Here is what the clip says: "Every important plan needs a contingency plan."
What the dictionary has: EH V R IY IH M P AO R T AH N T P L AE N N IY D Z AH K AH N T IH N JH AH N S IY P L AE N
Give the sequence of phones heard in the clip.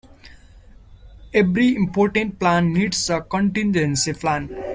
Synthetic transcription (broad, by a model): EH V R IY IH M P AO R T AH N T P L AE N N IY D S AH K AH N T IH N JH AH N S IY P L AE N